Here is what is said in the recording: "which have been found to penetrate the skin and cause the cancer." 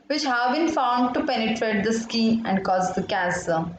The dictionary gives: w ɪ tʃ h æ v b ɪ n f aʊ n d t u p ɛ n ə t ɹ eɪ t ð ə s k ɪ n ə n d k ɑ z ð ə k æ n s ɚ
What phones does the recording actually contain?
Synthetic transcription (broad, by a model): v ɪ tʃ h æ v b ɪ n f aʊ n d t u p ɛ n ə t ɹ eɪ t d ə s k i ə n d k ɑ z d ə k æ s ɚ